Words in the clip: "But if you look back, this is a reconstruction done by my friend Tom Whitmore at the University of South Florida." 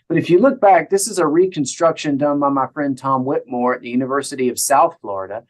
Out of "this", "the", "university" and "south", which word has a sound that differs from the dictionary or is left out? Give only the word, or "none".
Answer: none